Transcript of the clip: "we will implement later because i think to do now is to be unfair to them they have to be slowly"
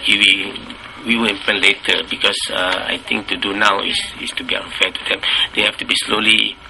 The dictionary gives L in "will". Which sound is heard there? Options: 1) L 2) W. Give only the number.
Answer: 2